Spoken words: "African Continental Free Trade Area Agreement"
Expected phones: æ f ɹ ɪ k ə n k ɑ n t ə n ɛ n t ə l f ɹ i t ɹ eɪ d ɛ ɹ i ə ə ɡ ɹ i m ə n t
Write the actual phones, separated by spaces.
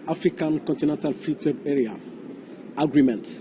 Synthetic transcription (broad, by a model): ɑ f ɹ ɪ k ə n k ɑ n t ə n ɛ n t ə l f i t w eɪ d ɛ ɹ i ə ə ɡ ɹ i m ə n t